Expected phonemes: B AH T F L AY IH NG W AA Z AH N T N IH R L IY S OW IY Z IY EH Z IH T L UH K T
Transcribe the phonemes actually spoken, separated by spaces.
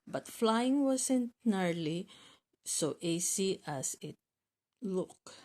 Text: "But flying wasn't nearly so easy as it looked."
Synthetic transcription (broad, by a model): B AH T F L AY IH NG W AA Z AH N T N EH R L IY S OW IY S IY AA S IH T L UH K